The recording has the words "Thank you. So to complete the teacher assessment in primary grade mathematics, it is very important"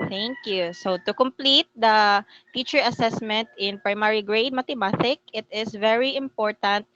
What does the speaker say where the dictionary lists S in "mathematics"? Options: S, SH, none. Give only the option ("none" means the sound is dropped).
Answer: none